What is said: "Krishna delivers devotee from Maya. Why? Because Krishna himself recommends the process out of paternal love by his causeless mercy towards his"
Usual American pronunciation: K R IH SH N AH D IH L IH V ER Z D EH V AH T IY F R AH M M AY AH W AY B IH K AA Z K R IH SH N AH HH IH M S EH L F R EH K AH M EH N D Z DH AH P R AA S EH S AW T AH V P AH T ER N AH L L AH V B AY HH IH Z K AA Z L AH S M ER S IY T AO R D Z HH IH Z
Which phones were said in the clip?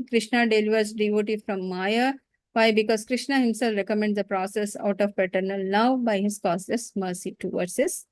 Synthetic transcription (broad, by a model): K R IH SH N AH D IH L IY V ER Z D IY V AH T IY F R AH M M AY AH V AY B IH K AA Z K R IH SH N AH HH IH M S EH L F R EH K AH M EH N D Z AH P R AA S EH S AW T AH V P AH T ER N AH L N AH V B AY HH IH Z K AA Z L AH S M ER S IY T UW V D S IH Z